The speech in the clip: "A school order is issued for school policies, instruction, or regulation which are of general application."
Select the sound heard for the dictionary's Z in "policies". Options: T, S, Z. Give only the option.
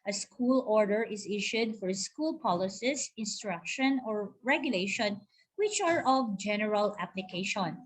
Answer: S